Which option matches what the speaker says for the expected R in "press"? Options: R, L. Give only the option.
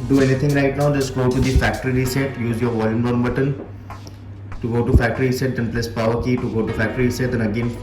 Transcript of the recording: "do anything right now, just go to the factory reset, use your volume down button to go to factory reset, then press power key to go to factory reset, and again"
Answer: L